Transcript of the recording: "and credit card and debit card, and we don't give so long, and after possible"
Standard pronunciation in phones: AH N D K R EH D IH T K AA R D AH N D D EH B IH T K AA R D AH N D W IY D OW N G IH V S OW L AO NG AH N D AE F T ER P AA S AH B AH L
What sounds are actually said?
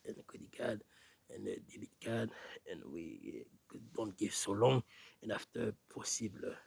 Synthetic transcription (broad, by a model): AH N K EH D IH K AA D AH N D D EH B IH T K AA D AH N W IY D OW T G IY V S OW L AO NG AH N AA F T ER P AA S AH B L